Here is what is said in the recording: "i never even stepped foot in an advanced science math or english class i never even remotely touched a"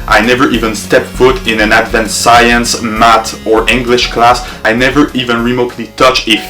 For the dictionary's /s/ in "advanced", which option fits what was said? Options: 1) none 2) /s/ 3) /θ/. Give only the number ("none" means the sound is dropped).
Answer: 1